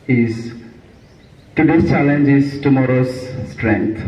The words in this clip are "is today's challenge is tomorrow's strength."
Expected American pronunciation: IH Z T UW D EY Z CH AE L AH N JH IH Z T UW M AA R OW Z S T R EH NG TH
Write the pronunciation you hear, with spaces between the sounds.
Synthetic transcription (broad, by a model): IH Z T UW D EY CH AE L AH N JH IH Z T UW M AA R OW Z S T R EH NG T